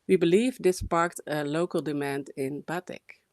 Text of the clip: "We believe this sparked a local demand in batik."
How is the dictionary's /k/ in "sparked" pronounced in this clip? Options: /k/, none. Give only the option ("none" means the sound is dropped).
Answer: /k/